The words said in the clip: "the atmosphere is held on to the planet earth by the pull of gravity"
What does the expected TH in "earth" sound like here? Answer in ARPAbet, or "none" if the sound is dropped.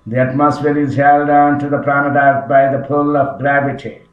T